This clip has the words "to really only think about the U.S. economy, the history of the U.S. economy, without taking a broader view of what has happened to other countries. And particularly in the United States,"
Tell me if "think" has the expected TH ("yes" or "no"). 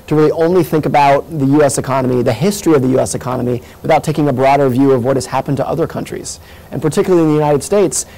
yes